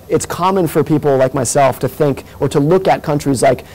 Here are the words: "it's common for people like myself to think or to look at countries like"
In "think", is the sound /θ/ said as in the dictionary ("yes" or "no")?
yes